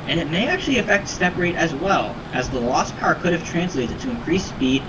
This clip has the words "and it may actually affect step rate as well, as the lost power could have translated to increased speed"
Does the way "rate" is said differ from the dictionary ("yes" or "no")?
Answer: no